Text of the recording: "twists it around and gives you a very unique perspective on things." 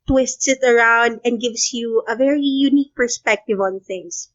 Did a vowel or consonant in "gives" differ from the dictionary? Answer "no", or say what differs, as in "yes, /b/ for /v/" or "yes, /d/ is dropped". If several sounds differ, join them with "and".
yes, /s/ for /z/